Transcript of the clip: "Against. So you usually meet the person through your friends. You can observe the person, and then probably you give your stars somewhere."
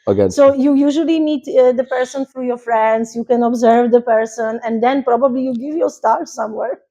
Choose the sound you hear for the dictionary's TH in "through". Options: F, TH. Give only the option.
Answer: F